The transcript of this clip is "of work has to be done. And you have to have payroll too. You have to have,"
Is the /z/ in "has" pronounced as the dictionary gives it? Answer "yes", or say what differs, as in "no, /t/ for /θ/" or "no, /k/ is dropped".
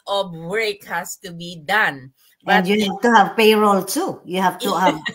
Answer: no, /s/ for /z/